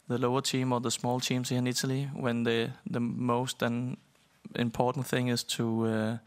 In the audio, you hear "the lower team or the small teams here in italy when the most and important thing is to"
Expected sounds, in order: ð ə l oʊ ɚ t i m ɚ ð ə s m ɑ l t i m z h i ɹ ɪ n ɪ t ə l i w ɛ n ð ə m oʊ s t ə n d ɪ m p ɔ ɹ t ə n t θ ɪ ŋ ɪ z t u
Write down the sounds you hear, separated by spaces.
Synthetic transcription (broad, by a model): ð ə l oʊ ɚ t i m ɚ ð ə s m ɑ l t i m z h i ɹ ɪ n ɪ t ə l i w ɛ n ð ə m oʊ s t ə n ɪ m p ɔ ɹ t n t θ ɪ ŋ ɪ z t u